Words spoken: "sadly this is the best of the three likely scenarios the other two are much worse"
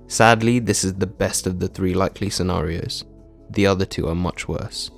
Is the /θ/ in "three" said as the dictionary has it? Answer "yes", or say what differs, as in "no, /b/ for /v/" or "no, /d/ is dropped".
yes